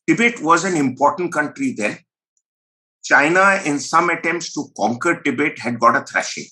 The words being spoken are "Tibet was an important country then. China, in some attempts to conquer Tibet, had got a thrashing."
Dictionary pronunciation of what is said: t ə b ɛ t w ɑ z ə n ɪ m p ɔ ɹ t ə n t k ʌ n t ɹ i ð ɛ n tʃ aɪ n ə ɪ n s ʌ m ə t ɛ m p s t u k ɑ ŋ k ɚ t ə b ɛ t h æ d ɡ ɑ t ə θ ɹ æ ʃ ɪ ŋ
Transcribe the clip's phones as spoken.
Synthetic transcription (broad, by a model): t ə b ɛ t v ɑ z ə n ɪ m p ɔ ɹ t ə n t k ʌ n t ɹ i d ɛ n tʃ aɪ n ə ɪ n s ʌ m ə t ɛ m p s t u k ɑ ŋ k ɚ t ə b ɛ t h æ d ɡ ɑ t ə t ɹ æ ʃ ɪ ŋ